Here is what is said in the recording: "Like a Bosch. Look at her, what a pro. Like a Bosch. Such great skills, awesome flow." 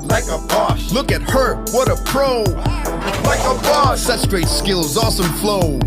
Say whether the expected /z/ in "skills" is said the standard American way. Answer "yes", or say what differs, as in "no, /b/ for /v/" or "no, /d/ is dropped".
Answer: yes